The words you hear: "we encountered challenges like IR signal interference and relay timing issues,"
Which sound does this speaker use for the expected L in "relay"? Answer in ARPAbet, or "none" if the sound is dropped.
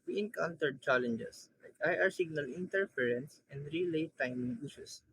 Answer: L